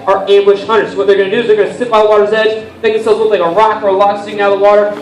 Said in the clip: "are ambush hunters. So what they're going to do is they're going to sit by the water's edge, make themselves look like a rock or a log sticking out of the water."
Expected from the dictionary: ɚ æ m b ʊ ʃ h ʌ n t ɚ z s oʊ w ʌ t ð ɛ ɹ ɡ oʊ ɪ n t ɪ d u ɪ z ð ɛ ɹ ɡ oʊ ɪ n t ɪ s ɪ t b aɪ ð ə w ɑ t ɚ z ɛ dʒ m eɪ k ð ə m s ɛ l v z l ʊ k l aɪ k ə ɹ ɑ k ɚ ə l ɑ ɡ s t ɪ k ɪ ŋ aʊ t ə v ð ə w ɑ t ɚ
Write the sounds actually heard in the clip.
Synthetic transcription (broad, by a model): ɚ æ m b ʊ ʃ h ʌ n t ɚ s oʊ w ʌ t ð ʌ ɹ ɡ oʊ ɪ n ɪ d u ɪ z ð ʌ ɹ ɡ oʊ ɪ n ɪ s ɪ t b aɪ ð ə w ɑ t ɚ z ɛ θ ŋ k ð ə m s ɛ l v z w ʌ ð l aɪ k ə ɹ ɑ k ɚ ə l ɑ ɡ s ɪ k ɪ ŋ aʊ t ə ð ə w ɑ t ɚ